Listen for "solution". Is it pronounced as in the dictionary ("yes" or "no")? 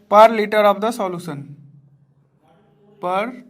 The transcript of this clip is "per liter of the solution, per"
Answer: no